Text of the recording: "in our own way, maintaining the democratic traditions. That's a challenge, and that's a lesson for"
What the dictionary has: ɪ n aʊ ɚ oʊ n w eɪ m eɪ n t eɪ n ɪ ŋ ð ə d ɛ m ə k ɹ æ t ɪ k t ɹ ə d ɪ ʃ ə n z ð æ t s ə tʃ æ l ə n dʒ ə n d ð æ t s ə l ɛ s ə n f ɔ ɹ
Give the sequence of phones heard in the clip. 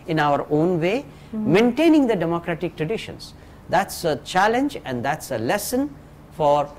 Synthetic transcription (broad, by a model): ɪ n aʊ ɚ oʊ n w eɪ m eɪ n t eɪ n ɪ ŋ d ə d ɛ m ə k ɹ æ t ɪ k t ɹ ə d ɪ ʃ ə n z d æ t s ə tʃ æ l ə n dʒ ə n d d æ t s ə l ɛ s ə n f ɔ ɹ